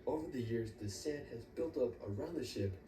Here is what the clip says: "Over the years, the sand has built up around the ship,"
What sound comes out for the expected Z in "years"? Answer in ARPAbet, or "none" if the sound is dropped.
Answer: Z